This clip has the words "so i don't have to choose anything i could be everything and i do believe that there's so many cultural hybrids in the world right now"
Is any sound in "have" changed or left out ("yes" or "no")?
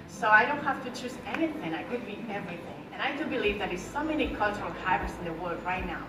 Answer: yes